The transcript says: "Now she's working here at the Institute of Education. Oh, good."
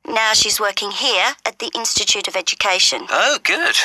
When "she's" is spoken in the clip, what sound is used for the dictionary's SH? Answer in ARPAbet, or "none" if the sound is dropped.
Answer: SH